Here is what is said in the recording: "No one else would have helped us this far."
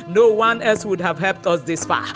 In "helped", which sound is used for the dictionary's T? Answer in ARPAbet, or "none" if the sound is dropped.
T